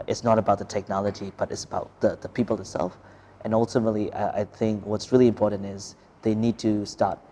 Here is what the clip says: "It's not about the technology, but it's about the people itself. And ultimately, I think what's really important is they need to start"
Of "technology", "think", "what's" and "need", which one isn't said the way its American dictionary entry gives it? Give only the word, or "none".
none